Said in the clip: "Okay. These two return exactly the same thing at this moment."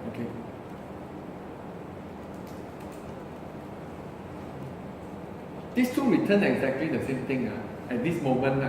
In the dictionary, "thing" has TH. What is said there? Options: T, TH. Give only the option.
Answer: T